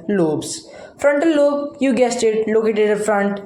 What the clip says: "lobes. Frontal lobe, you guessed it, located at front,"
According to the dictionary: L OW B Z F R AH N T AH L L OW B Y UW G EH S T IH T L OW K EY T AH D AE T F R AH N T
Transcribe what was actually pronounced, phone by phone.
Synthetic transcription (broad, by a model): L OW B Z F R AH N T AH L L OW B Y UW G EH S T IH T L OW K EY T AH D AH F R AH N T